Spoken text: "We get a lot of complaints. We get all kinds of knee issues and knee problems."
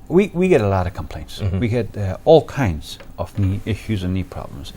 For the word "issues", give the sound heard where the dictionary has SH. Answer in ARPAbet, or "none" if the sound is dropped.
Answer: SH